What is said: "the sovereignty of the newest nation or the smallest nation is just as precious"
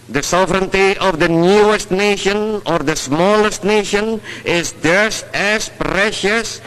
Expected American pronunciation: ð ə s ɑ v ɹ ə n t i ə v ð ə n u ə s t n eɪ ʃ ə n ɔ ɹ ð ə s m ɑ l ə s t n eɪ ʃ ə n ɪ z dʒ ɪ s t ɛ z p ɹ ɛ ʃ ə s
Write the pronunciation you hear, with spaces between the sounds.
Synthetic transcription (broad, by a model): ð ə s ɑ v ɹ ə n t i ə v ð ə n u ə s t n eɪ ʃ ə n ɔ ɹ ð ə s m ɑ l ə s t n eɪ ʃ ə n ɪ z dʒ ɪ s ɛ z p ɹ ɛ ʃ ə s